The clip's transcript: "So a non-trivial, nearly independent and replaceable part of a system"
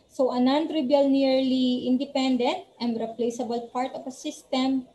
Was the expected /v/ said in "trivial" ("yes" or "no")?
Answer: no